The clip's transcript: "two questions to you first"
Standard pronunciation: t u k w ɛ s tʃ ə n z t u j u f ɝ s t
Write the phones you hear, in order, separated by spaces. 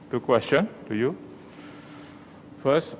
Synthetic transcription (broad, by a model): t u k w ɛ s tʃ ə n t u j u f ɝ s